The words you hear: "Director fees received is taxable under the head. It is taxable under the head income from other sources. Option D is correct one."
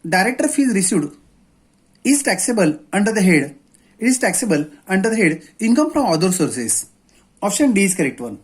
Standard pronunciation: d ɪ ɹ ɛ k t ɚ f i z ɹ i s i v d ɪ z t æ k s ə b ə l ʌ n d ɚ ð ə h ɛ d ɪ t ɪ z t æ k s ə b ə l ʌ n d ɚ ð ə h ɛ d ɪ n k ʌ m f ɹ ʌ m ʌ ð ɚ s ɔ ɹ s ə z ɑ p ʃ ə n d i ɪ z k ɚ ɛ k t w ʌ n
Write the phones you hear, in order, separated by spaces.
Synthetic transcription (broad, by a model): d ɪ ɹ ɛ k t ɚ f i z ɹ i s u d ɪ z t æ k s ə b ə l ʌ n d ɚ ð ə h ɛ d ɪ t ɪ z t æ k s ə b ə l ʌ n d ɚ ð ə h ɛ d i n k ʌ m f ɹ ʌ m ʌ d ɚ s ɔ ɹ s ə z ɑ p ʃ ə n d i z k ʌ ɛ k t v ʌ n